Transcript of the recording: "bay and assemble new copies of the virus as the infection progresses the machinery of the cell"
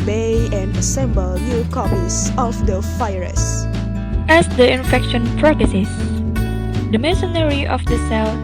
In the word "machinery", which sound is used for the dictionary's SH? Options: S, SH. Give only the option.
S